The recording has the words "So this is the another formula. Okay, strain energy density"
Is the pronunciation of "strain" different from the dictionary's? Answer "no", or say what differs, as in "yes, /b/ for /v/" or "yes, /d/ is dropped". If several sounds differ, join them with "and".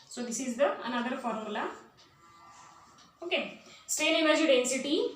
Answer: yes, /ɹ/ is dropped